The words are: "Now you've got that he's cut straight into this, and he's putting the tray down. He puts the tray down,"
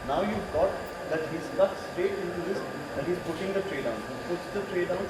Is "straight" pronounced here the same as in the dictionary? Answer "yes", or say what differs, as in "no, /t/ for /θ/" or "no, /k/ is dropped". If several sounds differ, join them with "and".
no, /ɹ/ is dropped